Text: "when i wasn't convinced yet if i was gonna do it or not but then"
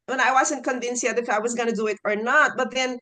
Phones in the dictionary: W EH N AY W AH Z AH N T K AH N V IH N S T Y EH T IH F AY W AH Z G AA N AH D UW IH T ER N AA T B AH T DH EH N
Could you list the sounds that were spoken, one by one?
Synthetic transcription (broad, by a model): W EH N AY W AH Z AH N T K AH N V IH N S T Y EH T IH F AY W AH Z G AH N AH D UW IH T ER N AA T B AH T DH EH N